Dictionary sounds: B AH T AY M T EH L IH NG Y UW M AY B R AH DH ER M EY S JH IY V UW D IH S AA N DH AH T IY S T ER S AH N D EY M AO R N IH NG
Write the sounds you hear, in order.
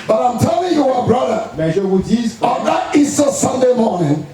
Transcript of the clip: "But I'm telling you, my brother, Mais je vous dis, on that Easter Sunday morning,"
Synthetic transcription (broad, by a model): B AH T AY M T EH L IH NG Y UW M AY B R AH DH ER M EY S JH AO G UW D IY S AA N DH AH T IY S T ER S AH N D EY M AO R N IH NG